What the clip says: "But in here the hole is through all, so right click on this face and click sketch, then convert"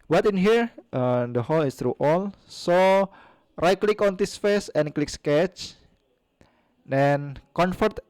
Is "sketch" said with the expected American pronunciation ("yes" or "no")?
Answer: yes